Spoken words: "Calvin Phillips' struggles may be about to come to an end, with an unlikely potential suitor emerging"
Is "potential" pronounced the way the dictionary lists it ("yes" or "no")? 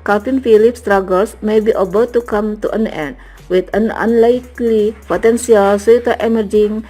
no